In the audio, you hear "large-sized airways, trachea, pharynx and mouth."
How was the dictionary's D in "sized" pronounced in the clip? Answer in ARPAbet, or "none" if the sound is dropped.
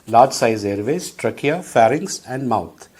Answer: none